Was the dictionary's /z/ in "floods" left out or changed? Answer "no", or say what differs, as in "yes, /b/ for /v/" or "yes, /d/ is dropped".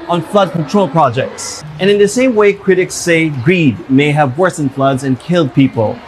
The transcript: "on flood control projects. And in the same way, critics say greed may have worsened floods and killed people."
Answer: no